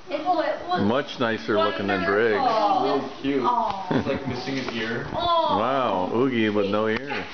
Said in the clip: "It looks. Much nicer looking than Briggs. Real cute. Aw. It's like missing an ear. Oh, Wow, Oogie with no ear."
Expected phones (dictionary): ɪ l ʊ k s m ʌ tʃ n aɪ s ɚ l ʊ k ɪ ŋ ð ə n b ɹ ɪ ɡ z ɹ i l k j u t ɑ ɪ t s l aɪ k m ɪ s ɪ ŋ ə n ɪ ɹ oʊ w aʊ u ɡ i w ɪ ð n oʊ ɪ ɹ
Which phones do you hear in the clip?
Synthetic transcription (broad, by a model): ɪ m ʌ tʃ n aɪ s ɚ l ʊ k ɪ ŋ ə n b ɹ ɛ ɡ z l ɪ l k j u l ɑ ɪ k m ɪ s ɪ ŋ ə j ɪ ɹ w aʊ u ɡ i w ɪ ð n oʊ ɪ ɹ